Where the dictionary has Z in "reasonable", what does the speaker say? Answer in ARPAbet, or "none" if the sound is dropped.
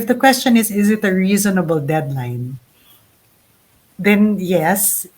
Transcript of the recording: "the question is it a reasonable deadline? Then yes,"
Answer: Z